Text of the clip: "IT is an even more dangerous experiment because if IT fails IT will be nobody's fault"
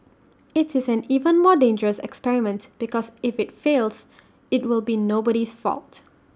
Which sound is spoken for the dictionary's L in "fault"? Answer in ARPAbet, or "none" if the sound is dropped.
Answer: L